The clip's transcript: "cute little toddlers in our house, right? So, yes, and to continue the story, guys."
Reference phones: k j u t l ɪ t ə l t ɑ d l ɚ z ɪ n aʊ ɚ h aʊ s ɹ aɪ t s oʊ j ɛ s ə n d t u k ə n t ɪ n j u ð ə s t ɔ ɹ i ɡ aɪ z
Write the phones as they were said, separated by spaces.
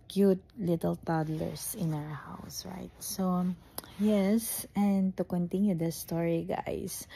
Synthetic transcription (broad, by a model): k j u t l ɪ t ə l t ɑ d l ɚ s ɪ n aʊ ɚ h aʊ s ɹ aɪ t s oʊ j ɛ s ə n d t u k ə n t ɪ n j u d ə s t ɔ ɹ i ɡ aɪ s